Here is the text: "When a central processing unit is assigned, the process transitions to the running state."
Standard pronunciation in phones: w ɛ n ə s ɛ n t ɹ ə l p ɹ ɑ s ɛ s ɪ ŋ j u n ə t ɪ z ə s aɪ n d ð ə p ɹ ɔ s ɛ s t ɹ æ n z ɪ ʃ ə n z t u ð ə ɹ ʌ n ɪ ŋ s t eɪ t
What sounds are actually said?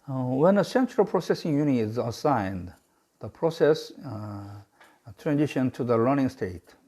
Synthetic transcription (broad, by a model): w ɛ n ə s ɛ n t ɹ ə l p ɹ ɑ s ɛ s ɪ ŋ j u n ɪ z ə s aɪ n d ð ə p ɹ ɔ s ɛ s t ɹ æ n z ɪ ʃ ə n t u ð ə l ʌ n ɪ ŋ s t eɪ t